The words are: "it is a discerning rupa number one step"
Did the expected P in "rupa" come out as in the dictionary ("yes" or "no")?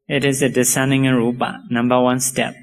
no